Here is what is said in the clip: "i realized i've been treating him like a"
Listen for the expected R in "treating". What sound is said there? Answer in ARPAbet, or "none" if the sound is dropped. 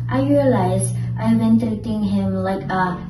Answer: none